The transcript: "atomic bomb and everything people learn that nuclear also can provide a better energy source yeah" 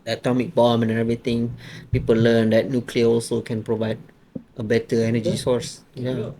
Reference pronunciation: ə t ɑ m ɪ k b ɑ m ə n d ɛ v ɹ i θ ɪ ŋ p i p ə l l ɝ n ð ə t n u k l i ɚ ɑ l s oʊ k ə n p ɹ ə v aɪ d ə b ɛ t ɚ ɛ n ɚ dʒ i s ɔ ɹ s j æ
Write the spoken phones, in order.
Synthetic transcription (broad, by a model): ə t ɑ m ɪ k b ɑ m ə n ɛ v ɹ i t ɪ ŋ p i p ə l l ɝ n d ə t n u k l i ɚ ɑ l s oʊ k ə n p ɹ ə v aɪ d ə b ɛ t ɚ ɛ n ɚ dʒ i s ɔ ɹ s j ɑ